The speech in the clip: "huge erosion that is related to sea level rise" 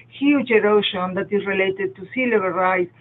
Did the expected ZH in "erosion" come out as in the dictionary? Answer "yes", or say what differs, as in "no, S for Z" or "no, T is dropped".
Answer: no, SH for ZH